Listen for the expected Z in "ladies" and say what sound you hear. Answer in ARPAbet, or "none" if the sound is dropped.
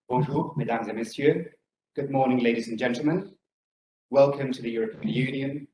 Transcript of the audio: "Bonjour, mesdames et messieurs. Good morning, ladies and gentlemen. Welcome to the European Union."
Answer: Z